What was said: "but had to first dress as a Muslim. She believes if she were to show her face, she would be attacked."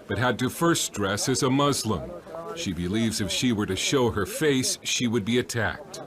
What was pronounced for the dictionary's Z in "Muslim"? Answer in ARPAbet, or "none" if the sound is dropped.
Z